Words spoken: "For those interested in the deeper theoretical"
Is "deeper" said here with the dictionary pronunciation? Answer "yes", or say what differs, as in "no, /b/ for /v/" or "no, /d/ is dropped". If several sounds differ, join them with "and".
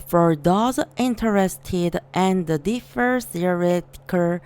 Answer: no, /f/ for /p/